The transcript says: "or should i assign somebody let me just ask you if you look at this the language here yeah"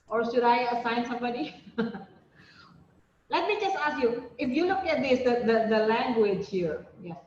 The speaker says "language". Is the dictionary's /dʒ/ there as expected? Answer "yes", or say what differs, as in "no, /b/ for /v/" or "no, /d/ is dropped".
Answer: yes